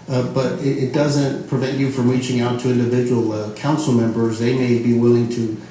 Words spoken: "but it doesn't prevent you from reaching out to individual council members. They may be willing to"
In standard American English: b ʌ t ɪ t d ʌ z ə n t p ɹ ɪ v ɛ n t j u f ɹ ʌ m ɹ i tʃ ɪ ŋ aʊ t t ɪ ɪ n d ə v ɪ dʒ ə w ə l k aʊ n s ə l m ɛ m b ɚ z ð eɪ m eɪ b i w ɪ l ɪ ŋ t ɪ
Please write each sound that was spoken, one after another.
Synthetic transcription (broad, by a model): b ʌ t ɪ t d ʌ z ə n t p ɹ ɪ v ɛ n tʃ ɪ f ɹ ʌ m ɹ i tʃ ɪ ŋ aʊ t t ɪ ɪ n d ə v ɪ dʒ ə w l k aʊ n s l m ɛ m b ɚ z ð eɪ m eɪ b i w ɪ l ɪ ŋ t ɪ